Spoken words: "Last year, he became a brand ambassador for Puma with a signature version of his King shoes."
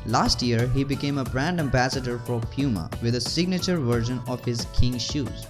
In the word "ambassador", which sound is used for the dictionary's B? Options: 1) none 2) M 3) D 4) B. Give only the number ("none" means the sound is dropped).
4